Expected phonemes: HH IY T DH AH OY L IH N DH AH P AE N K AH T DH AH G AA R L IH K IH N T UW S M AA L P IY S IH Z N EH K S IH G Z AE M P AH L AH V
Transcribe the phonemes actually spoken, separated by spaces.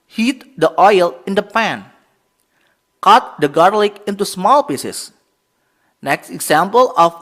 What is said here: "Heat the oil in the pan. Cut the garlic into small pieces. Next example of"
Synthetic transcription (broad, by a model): HH IY T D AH OY L IH N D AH P AE N K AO T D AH G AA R L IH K IH N T UW S M AA L P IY S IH S N EH K S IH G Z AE M P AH L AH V